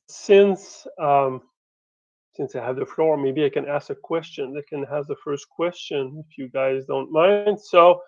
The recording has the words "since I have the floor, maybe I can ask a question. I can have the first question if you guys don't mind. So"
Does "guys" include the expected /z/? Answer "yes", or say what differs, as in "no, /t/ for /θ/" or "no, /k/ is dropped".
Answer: yes